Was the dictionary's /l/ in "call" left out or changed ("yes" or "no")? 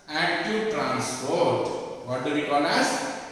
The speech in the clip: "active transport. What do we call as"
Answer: yes